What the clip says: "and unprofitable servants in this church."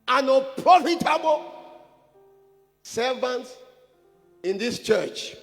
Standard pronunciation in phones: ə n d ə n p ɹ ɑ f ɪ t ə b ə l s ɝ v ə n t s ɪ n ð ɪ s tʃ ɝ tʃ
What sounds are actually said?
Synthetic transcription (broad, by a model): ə n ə p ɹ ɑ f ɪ t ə b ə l s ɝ v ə n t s ɪ n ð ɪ s tʃ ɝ tʃ